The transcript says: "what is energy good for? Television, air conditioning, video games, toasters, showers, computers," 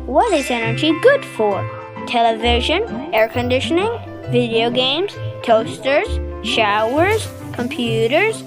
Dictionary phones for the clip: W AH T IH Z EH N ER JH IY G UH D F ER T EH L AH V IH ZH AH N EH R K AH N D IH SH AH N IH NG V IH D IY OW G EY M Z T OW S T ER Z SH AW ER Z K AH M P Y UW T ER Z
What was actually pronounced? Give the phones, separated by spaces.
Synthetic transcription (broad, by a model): W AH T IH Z EH N ER JH IY G UH D F ER T EH L AH V IH ZH AH N EH R K AH N D IH SH AH N IH NG V IH D IY OW G EY M Z T OW S T ER Z SH AW ER Z K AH M P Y UW T ER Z